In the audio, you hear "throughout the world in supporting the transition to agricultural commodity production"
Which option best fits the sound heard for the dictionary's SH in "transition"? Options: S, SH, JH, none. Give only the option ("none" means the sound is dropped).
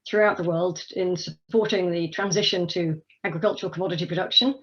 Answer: SH